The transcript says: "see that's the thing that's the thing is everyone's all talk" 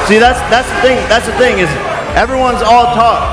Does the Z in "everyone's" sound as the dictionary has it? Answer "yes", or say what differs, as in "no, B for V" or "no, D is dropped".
yes